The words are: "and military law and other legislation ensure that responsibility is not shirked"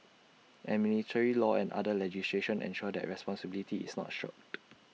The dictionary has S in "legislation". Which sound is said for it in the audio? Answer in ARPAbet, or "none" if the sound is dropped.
S